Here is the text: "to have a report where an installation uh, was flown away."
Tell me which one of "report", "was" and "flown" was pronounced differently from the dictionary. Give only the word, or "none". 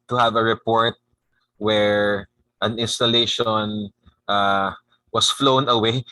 was